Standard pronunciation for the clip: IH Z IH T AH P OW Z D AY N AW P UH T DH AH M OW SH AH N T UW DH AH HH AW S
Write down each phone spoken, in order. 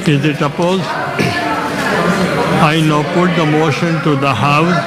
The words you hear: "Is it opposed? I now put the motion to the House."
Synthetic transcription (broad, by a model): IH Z IH T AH P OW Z AY N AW P UH T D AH M OW SH AH N T UW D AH HH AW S